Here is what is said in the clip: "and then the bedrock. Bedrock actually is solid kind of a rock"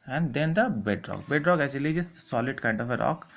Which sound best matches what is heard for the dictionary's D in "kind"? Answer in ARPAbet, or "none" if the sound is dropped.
D